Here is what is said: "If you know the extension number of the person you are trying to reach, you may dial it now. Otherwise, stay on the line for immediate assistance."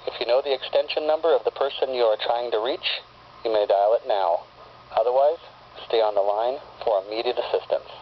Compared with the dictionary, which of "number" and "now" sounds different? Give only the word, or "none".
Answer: none